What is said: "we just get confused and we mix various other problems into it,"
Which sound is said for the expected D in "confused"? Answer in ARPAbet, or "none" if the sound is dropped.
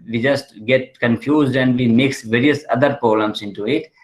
D